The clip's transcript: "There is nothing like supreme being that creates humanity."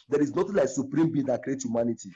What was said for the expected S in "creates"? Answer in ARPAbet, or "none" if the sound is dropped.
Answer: none